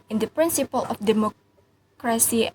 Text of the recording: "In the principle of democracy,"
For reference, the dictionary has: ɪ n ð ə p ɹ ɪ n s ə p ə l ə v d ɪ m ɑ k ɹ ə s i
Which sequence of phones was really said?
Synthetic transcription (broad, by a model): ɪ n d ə p ɹ ɪ n s ə p ə l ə f d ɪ m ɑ k ɹ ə s i